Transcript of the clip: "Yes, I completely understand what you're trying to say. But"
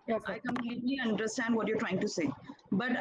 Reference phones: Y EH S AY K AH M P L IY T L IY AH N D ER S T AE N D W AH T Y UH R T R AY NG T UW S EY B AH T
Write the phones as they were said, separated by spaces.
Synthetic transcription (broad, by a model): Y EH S AY K AH M P L IY T L IY AH N D ER S T AE N D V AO T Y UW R T R AY NG T UW S EY B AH T